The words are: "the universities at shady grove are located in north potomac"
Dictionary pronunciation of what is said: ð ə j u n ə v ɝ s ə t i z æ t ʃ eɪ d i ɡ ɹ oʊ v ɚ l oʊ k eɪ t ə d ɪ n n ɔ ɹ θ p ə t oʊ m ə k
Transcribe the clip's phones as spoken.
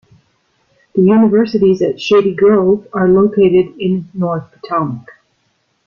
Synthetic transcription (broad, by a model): ð ə j u n ə v ɝ s ə t i z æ t ʃ eɪ d i ɡ ɹ oʊ v ɚ l oʊ k eɪ t ə d ɪ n n ɔ ɹ θ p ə t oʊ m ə k